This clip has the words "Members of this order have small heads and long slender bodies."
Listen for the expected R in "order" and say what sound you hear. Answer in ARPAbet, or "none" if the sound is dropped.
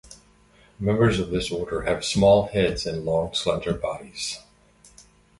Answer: R